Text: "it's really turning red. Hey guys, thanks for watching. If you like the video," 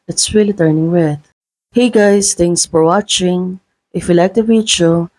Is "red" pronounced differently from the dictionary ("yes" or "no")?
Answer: yes